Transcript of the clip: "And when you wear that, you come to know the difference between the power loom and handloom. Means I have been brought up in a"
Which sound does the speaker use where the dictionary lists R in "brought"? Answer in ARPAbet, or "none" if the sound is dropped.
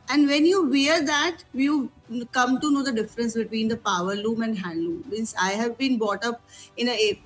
none